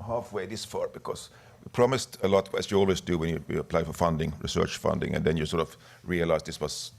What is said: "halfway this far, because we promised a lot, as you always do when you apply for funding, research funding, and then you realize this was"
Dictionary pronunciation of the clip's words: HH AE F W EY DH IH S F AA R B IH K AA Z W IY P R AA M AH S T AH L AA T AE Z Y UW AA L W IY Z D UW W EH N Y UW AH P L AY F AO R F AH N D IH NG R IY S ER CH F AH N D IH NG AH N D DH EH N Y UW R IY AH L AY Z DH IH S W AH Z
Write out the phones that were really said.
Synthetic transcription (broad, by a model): HH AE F W EY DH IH S F AA R B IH K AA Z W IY P R AA M AH S T AH L AA T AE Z Y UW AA L W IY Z D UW W EH N Y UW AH P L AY F AO R F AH N D IH NG R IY S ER CH F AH N D IH NG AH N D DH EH N Y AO R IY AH L AY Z DH IH S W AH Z